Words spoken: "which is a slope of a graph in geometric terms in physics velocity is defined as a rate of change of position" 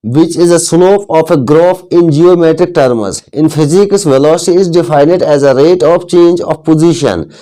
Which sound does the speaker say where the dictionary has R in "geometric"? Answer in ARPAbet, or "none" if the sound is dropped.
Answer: R